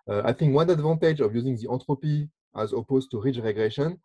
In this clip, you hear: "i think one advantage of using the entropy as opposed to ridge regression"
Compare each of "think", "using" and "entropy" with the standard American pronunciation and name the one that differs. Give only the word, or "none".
entropy